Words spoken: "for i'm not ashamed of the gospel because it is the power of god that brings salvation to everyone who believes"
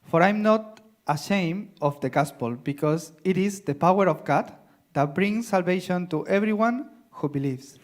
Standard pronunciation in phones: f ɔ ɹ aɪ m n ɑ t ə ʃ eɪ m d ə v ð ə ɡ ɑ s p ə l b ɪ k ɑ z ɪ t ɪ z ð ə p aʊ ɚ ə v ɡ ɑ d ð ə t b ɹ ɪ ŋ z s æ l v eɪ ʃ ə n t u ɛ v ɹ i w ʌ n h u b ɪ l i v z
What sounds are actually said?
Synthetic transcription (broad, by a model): f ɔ ɹ aɪ m n ɑ t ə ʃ eɪ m ə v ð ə ɡ ɑ s p ə l b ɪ k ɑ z ɪ t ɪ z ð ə p aʊ ɚ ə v ɡ ɑ d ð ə t b ɹ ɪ ŋ s æ l v eɪ ʃ ə n t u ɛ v ɹ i w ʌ n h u b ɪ l i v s